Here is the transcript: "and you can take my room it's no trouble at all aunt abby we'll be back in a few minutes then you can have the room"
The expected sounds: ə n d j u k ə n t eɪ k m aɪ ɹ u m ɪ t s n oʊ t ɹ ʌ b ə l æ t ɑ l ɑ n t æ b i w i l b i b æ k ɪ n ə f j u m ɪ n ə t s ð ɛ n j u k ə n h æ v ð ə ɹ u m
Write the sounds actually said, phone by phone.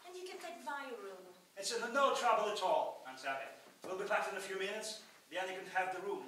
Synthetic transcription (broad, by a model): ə n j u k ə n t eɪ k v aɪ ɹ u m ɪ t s n oʊ t ɹ ʌ b ə l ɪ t ɑ l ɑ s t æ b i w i l b i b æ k ɪ n ə f j u m ɪ n ə t s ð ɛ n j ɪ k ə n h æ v ð ə ɹ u m